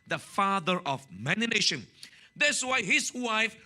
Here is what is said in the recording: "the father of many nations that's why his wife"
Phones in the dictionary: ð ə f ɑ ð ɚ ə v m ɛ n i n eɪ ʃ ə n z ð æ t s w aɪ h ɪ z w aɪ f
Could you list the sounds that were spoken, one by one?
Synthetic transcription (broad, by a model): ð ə f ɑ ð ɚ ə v m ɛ n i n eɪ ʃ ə n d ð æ s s w aɪ h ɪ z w aɪ f